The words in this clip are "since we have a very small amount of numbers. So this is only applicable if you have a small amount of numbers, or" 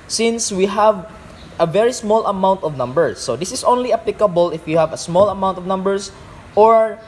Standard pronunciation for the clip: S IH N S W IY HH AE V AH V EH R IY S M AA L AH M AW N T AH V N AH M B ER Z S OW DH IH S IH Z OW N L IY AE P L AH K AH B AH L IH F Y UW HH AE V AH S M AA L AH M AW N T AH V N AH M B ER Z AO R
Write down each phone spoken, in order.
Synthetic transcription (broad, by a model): S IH N S W IY HH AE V AH V EH R IY S M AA L AH M AW N T AH V N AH M B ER S OW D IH S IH S OW N L IY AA P L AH K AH B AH L IH F Y UW HH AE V AH S M AA L AH M AW N T AH V N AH M B ER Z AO R